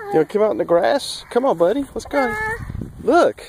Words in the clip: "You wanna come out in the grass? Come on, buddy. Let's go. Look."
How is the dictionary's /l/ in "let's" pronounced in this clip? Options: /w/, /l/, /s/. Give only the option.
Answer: /w/